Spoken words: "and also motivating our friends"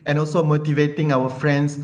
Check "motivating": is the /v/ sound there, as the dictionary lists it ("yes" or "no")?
yes